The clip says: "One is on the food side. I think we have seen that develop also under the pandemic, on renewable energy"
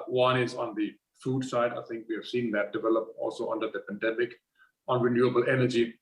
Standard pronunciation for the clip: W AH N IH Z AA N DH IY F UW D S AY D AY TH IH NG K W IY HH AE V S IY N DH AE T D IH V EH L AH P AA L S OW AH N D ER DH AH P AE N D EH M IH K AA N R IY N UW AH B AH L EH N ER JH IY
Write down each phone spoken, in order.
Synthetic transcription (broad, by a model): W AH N IH Z AA N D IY F UW D S AY D AY T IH NG K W IY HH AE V S IY N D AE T D IH V EH L AH P AA L S OW AH N D ER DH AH P AE N D EH M IH K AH N R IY N UW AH B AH L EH N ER JH IY